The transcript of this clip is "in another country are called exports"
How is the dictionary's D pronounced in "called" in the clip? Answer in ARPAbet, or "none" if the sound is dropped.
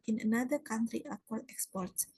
none